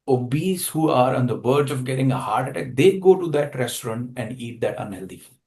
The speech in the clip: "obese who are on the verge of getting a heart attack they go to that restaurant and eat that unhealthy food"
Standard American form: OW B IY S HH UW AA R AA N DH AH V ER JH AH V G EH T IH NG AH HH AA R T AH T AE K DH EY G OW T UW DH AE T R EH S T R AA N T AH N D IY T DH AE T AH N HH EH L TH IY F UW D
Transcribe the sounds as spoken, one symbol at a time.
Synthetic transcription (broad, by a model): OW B IY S HH UW AA R AA N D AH B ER JH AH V G EH T IH NG AH HH AA R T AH T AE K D EY G OW T UW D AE T R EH S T R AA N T AH N D IY T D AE T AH N HH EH L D IY